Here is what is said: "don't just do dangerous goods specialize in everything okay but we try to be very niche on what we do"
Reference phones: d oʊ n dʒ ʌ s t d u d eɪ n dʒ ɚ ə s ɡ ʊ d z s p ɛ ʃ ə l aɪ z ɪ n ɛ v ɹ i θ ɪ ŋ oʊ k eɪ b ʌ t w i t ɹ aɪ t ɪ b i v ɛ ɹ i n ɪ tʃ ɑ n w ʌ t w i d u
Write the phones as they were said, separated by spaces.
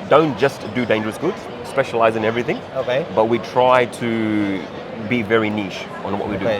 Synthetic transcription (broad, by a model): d oʊ n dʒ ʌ s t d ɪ d eɪ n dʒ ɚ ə s ɡ ʊ d z s p ɛ ʃ ə l aɪ z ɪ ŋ ɛ v ɹ i θ ɪ ŋ oʊ k eɪ b ʌ t w i t ɹ aɪ t ɪ b i v ɛ ɹ i n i ʃ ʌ n w ʌ t w i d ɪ